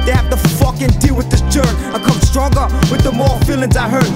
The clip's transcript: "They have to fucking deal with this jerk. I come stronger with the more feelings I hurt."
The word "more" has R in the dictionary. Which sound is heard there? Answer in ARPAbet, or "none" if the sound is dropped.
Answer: L